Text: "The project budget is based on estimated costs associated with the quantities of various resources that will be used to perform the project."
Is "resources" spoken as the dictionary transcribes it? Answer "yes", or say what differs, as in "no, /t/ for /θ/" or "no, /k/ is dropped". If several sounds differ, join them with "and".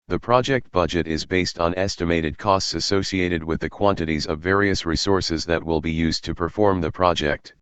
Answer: yes